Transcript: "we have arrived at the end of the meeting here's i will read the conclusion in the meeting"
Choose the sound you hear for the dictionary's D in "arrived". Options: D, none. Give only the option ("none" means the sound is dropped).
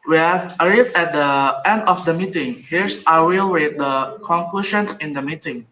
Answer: none